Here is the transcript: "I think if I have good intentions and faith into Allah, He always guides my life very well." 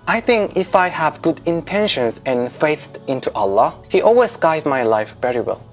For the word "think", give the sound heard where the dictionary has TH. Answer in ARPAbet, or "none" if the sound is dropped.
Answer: TH